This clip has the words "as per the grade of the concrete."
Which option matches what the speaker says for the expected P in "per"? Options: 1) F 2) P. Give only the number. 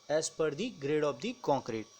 2